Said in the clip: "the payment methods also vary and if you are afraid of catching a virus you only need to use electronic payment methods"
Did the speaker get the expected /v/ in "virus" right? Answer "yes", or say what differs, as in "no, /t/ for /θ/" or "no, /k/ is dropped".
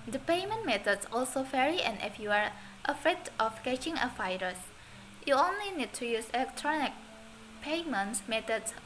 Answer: no, /f/ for /v/